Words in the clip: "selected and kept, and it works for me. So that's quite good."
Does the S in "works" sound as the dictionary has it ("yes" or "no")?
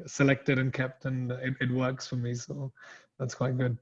yes